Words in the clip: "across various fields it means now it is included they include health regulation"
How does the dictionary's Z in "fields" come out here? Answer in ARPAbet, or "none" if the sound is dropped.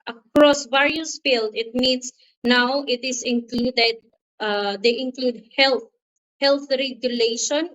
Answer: none